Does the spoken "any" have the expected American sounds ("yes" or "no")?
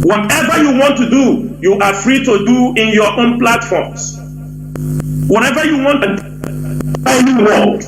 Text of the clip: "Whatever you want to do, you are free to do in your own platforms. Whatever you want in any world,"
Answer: no